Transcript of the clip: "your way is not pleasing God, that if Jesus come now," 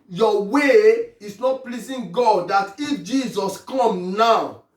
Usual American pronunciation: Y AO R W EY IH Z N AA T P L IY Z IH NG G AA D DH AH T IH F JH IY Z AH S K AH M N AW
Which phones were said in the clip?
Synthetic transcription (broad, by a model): Y AO W EY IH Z N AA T P L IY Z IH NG G AA D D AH T IH F JH IY Z AH S K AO M N AW